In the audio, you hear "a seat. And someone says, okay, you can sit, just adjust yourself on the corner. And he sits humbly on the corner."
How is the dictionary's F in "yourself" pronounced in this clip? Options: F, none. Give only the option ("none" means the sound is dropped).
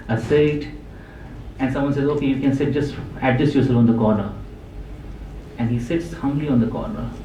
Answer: none